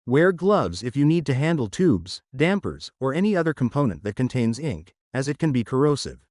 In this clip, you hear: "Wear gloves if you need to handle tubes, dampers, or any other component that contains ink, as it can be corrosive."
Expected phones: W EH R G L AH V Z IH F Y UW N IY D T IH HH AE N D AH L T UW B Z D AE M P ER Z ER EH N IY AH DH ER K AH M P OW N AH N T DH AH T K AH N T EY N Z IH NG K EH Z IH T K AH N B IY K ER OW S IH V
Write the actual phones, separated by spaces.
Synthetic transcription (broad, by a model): W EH R G L AH V Z IH F Y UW N IY D T IH HH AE N D L T UW B Z D AE M P ER Z ER EH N IY AH DH ER K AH M P OW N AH N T DH AH T K AH N T EY N Z IH NG K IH Z IH T K AH N B IY K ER OW S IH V